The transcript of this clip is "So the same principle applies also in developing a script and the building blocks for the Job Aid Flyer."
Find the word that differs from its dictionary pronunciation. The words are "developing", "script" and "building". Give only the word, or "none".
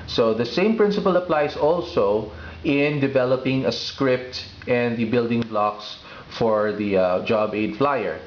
none